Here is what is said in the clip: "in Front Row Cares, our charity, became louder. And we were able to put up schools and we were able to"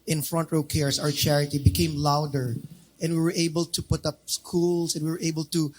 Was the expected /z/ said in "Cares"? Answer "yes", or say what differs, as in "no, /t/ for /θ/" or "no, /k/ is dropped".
no, /s/ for /z/